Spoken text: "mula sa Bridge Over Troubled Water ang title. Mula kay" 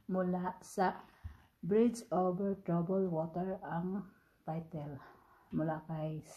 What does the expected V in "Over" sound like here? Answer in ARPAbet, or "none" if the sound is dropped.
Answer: B